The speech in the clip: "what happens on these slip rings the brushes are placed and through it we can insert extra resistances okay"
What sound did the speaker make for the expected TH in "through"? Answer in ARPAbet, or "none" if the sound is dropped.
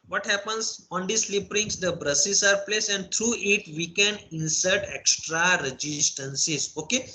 T